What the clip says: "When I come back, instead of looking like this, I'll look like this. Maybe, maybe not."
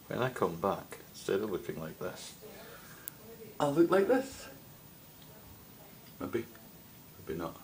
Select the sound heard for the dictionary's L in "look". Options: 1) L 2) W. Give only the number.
1